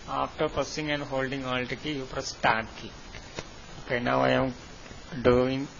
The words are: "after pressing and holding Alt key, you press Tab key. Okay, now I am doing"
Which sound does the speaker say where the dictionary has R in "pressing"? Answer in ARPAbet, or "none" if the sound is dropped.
none